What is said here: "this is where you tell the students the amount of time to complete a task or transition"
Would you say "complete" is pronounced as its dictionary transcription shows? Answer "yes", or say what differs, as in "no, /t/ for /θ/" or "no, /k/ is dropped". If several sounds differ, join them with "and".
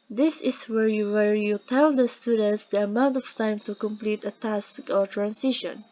yes